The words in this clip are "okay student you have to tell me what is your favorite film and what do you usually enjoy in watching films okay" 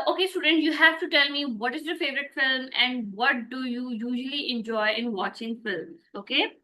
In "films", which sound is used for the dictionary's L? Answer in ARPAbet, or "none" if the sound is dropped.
L